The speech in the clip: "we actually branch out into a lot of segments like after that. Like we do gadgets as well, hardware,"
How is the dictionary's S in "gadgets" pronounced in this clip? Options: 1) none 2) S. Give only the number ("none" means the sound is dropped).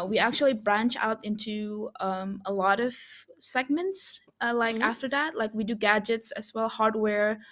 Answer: 2